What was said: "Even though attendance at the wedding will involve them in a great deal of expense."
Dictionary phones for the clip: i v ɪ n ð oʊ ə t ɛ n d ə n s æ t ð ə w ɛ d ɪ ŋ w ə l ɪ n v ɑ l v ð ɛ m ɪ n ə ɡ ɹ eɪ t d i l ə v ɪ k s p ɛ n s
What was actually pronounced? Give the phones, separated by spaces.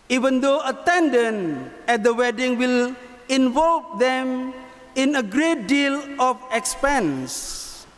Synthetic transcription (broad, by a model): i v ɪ n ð oʊ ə t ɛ n d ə n ɛ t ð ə w ɛ d ɪ ŋ w ə l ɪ n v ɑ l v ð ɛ m ɪ n ə ɡ ɹ eɪ t d i l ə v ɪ k s p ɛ n s